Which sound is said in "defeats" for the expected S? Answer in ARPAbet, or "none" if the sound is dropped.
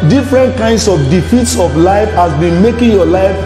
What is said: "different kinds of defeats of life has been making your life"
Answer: S